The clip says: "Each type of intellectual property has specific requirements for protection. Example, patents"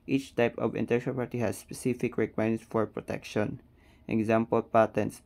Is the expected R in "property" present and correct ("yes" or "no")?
no